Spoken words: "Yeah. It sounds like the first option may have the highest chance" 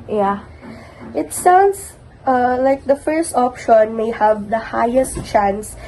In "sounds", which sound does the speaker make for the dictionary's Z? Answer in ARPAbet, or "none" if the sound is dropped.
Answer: S